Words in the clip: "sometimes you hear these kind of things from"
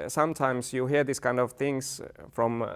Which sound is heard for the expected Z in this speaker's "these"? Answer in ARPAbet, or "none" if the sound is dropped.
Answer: S